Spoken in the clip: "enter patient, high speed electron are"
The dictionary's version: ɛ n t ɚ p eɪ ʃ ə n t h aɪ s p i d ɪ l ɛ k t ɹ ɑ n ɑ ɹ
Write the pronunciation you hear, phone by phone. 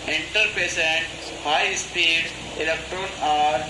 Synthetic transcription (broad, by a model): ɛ n t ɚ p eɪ s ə n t h aɪ s p i d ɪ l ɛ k t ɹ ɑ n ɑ ɹ